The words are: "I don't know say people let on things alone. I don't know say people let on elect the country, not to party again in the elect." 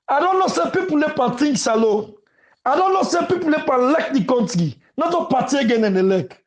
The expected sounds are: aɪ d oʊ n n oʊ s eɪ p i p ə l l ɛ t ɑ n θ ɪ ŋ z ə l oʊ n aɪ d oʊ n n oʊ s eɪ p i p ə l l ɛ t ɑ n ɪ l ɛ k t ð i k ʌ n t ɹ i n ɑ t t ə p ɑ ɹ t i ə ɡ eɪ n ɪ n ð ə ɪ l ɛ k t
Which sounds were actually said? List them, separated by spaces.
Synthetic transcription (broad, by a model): aɪ d oʊ n n oʊ s eɪ p i p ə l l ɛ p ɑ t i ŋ s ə l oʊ aɪ d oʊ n n oʊ s eɪ p i p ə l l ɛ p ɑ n l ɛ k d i k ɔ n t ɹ i n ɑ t t ə p ɑ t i ə ɡ eɪ n ɪ n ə l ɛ k